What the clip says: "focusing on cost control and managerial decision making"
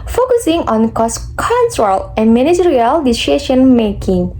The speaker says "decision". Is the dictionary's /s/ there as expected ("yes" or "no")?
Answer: no